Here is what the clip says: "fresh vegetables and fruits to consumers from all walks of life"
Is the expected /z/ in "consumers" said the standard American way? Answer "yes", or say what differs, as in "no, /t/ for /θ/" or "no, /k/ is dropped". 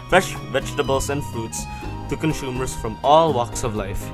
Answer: no, /s/ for /z/